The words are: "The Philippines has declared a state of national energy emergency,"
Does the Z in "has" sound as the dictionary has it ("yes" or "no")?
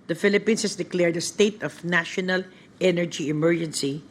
no